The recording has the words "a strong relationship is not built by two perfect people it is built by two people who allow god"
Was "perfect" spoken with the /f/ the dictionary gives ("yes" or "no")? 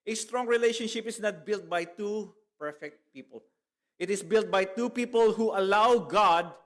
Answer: yes